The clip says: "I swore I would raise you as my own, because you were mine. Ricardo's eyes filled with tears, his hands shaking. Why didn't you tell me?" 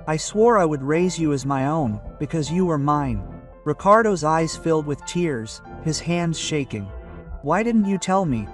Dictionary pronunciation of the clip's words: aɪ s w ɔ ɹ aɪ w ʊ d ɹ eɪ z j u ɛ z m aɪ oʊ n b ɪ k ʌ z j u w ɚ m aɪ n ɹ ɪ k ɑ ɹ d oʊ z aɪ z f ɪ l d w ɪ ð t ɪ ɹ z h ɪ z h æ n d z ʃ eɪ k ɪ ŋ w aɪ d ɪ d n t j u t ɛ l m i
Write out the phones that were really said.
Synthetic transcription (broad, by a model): aɪ s w ɔ ɹ aɪ w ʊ d ɹ eɪ z j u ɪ z m aɪ oʊ n b ɪ k ʌ z j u w ɚ m aɪ n ɹ ɪ k ɑ ɹ d oʊ z aɪ z f ɪ l d w ɪ ð t ɪ ɹ z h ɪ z h æ n d z ʃ eɪ k ɪ ŋ w aɪ d ɪ d n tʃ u t ɛ l m i